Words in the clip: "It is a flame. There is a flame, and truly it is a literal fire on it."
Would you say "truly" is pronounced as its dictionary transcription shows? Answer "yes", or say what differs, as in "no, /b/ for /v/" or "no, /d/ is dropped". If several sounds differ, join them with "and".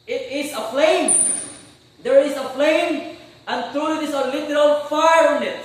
yes